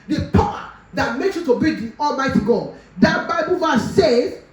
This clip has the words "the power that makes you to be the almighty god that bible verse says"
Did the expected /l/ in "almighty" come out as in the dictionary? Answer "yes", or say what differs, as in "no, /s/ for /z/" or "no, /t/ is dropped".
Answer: yes